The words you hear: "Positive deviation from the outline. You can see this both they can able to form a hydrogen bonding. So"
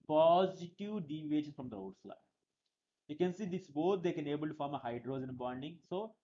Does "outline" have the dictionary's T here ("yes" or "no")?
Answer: no